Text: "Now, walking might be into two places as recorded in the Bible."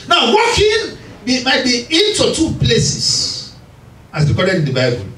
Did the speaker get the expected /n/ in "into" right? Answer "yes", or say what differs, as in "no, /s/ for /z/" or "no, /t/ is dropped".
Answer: yes